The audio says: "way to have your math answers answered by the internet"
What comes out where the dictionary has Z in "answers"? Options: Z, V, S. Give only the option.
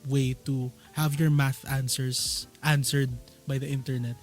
S